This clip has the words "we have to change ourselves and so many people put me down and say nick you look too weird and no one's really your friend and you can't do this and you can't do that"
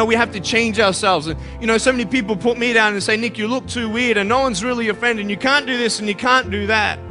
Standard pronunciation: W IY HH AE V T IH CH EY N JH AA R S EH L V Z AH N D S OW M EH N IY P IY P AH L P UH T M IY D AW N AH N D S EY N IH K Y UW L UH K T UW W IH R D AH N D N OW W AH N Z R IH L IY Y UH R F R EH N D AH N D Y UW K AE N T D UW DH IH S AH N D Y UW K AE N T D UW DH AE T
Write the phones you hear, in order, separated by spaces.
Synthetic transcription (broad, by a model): W IY HH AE F T IH CH EY N JH AA R S EH L V Z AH N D S OW M EH N IY P IY P L P UH T M IY D AW N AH N S EY N IH K Y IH L UH K T UW W IH R D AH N N OW W AH N Z R IH L IY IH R F R EH N D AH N Y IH K AE N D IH DH IH S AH N Y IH K AE N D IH DH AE T